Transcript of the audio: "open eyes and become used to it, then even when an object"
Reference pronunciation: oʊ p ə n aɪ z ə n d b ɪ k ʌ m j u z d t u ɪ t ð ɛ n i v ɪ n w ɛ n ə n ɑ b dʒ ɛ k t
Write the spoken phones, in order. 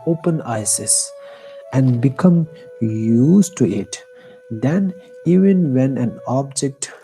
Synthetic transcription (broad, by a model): oʊ p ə n aɪ s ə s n b ɪ k ʌ m j u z t u ɪ t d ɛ n i v ɪ n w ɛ n ə n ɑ b dʒ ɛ k t